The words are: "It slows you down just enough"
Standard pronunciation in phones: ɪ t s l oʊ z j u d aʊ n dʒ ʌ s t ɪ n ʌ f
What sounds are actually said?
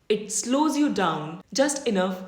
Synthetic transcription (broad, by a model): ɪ t s l oʊ z j u d aʊ n dʒ ʌ s t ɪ n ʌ f